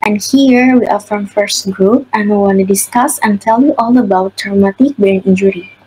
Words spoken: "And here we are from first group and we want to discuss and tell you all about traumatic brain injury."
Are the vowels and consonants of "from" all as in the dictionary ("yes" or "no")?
yes